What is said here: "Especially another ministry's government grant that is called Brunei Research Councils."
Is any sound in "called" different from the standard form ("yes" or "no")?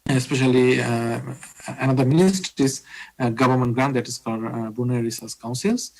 yes